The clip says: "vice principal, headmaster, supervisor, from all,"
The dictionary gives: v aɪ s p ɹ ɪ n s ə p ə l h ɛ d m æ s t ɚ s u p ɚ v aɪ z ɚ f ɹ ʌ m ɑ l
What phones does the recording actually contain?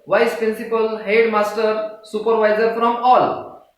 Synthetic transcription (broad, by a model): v aɪ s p ɹ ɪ n s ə p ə l h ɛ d m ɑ s t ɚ s u p ɚ v aɪ z ɚ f ɹ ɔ m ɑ l